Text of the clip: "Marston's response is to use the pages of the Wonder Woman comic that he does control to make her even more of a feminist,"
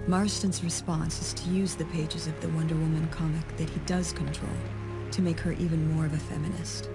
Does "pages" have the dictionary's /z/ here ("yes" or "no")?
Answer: yes